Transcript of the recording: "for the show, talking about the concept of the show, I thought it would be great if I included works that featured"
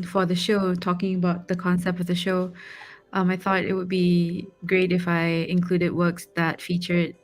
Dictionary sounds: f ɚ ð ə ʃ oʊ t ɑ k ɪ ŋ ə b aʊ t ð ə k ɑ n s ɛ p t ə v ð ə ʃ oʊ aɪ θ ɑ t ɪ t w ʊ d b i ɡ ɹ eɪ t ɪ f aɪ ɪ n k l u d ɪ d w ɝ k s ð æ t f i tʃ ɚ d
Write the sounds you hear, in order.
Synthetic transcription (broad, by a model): f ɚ ð ə ʃ oʊ t ɑ k ɪ ŋ ə b aʊ t ð ə k ɑ n s ɛ p t ə v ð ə ʃ oʊ aɪ θ ɑ t ɪ t w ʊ d b i ɡ ɹ eɪ t ɪ f aɪ ɪ n k l u d ɪ d w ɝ k s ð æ t f i tʃ ɚ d